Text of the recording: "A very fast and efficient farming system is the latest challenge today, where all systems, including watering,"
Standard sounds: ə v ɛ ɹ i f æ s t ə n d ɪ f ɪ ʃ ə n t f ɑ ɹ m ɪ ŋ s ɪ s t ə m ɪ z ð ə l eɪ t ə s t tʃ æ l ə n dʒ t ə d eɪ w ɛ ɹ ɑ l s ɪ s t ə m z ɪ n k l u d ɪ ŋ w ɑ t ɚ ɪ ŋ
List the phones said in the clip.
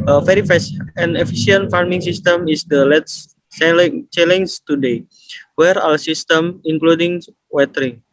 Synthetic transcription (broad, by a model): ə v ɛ ɹ i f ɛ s ə n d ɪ f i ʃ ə n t f ɑ ɹ m ɪ ŋ s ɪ s t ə m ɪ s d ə l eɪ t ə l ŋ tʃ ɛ l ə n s t ə d eɪ w ɛ ɹ ɑ l s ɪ s t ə m ɪ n k l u d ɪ ŋ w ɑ t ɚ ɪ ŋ